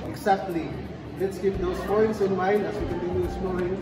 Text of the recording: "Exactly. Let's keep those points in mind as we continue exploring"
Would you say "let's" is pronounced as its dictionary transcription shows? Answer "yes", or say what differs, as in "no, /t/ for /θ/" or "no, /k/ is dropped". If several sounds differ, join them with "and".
yes